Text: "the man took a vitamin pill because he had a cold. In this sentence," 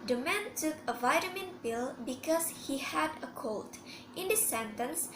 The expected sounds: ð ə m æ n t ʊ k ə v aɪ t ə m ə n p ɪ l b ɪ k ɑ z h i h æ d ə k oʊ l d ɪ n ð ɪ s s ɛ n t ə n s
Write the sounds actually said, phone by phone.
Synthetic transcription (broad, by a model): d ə m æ n t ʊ k ə v aɪ t ə m ə n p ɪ l b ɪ k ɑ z h i h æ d ə k oʊ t ɪ n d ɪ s s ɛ n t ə n s